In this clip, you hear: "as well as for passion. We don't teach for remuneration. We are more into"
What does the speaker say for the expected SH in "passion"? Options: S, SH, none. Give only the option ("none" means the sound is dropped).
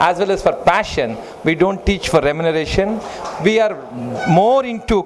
SH